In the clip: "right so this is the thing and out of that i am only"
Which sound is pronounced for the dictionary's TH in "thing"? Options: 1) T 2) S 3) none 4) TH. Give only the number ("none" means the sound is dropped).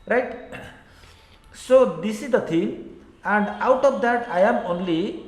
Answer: 1